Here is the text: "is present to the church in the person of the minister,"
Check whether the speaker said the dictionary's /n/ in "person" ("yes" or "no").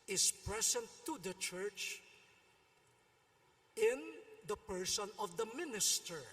yes